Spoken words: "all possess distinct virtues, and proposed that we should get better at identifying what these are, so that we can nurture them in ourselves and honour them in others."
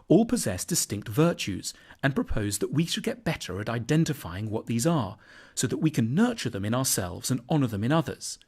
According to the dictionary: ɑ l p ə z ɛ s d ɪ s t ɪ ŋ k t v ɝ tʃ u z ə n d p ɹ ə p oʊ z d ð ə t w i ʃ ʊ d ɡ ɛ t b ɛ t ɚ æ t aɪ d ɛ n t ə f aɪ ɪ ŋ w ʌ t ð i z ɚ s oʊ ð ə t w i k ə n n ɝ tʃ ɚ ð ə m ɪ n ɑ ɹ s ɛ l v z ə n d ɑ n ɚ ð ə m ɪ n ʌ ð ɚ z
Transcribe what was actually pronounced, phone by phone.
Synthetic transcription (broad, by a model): ɑ l p ə z ɛ s d ɪ s t ɪ ŋ k t v ɝ tʃ u z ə n p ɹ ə p oʊ z ð ə t w i ʃ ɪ d ɡ ɛ t b ɛ t ɚ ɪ t aɪ d ɛ n t ə f aɪ ɪ ŋ w ʌ t ð i z ɚ s oʊ ð ə t w i k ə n n ɝ tʃ ɚ ð ə m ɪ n ɑ ɹ s ɛ l v z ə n ɑ n ɚ ð ə m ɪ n ʌ ð ɚ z